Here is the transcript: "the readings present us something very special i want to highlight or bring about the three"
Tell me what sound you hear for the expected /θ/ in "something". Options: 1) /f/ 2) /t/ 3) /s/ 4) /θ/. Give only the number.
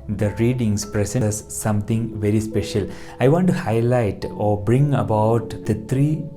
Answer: 2